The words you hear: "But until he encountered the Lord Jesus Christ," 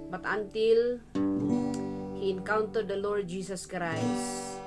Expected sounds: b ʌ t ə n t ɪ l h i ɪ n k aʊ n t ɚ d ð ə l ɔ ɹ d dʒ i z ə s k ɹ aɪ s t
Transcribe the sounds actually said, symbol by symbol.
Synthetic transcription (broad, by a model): b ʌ t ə n t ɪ l h i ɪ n k aʊ n t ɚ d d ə l ɔ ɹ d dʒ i s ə s k ɹ aɪ s